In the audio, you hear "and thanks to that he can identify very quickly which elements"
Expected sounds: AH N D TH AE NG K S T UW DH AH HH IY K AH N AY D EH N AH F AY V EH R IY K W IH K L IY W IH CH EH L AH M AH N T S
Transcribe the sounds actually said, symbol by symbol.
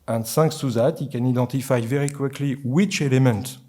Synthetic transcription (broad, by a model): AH N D S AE NG K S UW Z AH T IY K AH N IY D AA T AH F AY V EH R IY K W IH K L IY W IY CH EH L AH M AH N T